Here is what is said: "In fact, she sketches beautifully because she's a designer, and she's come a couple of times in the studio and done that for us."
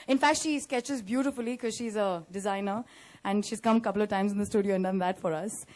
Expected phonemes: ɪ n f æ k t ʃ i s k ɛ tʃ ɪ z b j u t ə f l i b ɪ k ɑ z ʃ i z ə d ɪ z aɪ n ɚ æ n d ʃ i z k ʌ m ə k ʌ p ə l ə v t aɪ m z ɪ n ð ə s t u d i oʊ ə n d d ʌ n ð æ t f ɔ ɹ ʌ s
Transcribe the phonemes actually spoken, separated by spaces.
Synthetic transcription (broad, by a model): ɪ n f æ k t ʃ i s k ɛ tʃ ɪ z b j u t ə f i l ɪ k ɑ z ʃ i z ə d ɪ z aɪ n ɚ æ n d ʃ i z k ʌ m ə k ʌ p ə l ə v t aɪ m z ɪ n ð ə s t u d i oʊ ə n d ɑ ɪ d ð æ t f ɔ ɹ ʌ s